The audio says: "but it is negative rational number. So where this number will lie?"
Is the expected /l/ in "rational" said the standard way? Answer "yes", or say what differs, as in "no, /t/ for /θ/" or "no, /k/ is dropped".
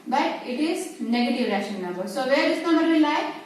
no, /n/ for /l/